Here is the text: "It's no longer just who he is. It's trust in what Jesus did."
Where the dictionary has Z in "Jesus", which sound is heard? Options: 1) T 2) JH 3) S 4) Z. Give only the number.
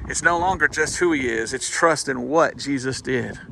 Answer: 4